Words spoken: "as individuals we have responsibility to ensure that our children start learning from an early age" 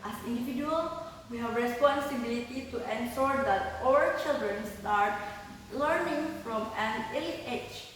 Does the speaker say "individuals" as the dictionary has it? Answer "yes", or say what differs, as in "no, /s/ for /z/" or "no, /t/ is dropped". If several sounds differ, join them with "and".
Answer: no, /z/ is dropped